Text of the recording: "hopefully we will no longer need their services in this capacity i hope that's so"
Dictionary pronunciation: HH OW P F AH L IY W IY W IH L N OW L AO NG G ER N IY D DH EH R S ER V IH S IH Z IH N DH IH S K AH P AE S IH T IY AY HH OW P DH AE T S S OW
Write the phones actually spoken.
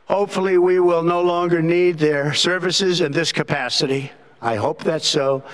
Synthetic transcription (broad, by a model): HH OW P F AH L IY W IY W IH L N OW L AO NG G ER N IY D DH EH R S ER V IH S IH Z IH N DH IH S K AH P AE S IH T IY AY HH OW P DH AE T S S OW